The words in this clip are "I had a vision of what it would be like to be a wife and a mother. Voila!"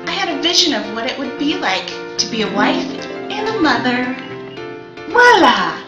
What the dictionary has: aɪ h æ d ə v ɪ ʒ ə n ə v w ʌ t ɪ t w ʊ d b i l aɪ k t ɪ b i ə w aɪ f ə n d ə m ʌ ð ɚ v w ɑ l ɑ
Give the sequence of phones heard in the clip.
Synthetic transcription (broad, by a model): aɪ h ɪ d ə v ɪ ʒ ə n ə v w ʌ t ɪ t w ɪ d b i l aɪ k t ɪ b i ə w aɪ f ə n ə m ʌ ð ɚ w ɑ l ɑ